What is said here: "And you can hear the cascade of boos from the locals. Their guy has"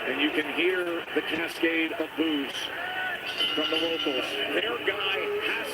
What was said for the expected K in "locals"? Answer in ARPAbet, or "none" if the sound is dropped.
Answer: none